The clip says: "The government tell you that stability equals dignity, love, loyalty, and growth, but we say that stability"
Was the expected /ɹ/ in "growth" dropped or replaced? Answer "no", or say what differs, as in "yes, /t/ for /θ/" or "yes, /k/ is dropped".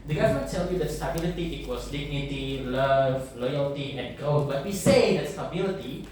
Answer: yes, /ɹ/ is dropped